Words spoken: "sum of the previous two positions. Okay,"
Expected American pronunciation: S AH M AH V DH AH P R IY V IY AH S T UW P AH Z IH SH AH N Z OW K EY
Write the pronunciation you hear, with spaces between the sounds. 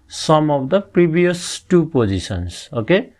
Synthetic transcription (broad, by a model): S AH M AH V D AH P R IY B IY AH S T UW P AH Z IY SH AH N S OW K EY